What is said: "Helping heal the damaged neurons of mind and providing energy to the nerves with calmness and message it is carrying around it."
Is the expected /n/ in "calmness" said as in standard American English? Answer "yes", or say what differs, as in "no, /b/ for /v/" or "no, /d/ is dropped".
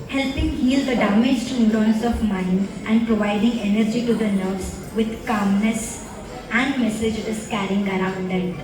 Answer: yes